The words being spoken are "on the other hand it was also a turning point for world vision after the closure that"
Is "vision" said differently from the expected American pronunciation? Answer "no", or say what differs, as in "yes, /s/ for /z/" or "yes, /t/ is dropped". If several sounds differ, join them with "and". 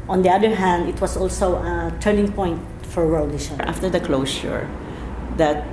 yes, /ʃ/ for /ʒ/